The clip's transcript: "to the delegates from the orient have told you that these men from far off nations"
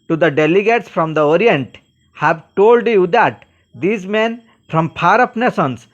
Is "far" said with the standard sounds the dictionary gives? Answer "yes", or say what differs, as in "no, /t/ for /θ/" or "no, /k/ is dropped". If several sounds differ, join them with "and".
no, /p/ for /f/